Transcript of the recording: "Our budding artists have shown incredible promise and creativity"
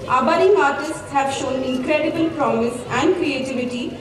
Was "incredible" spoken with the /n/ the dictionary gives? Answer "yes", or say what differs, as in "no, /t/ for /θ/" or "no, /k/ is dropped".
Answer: no, /n/ is dropped